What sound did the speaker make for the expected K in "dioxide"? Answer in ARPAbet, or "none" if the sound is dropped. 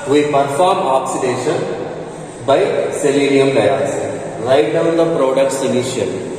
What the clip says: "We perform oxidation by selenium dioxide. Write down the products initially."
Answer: none